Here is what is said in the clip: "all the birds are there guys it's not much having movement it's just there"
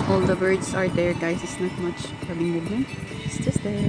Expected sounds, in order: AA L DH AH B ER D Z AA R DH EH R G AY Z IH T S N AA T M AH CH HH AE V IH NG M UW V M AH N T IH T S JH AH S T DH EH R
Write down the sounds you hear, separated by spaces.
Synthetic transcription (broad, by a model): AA L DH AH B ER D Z AA R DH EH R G AY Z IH T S N AA T M AH CH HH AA B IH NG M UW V AH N IH T S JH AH S T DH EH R